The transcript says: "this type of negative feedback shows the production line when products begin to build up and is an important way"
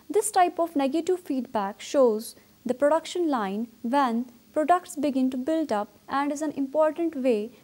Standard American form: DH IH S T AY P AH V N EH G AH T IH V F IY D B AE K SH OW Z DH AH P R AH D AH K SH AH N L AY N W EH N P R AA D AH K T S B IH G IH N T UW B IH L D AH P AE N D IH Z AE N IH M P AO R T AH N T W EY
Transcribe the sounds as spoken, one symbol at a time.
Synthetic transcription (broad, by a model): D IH S T AY P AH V N EH G AH T IH V F IY D B AE K SH OW Z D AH P R AH D AH K SH AH N L AY N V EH N P R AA D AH K T S B IH G IH N T UW B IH L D AH P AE N D IH Z AE N IH M P AO R T AH N T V EY